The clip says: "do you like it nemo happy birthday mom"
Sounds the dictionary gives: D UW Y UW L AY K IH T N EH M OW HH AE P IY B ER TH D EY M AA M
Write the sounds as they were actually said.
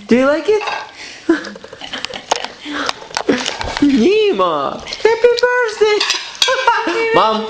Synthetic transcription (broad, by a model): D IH Y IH L AY K IH T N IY M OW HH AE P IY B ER S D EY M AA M